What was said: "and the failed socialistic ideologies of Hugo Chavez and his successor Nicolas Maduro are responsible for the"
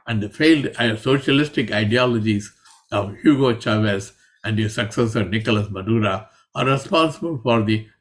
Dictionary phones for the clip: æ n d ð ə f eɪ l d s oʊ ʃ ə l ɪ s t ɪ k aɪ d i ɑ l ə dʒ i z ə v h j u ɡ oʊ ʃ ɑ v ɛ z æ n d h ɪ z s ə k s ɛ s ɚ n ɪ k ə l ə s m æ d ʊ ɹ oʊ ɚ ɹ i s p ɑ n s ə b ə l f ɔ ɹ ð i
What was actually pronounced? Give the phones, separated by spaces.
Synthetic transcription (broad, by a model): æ n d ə f eɪ l d s oʊ ʃ ə l ɪ s t ɪ k aɪ d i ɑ l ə dʒ i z ə v h j u ɡ oʊ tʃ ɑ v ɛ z æ n d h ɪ s ə k s ɛ s ɚ n ɪ k ə l ə s m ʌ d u ɹ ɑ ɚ ɹ i s p ɑ n s ə b ə l f ɔ ɹ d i